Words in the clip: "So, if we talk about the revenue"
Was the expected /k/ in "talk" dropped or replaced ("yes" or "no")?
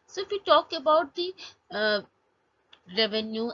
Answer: no